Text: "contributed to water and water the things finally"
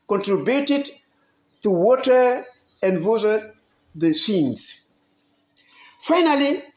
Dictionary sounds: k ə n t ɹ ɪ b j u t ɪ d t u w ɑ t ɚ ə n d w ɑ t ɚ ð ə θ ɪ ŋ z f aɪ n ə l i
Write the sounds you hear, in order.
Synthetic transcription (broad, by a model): k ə n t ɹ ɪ b j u t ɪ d t u w ɑ t ɚ ə n d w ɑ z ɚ ð ə s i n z f aɪ n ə l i